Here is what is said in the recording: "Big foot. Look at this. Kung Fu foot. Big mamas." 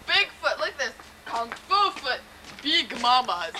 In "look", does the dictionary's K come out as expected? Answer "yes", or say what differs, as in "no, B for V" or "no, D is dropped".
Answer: no, K is dropped